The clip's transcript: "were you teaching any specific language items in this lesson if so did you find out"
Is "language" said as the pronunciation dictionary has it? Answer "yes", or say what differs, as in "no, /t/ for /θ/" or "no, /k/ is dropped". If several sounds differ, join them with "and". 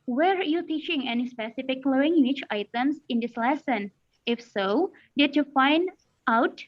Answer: no, /tʃ/ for /dʒ/